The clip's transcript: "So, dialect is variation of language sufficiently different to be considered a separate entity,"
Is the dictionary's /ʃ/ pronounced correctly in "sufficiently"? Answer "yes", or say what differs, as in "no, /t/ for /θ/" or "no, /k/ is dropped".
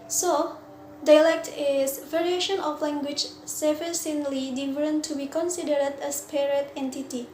no, /s/ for /ʃ/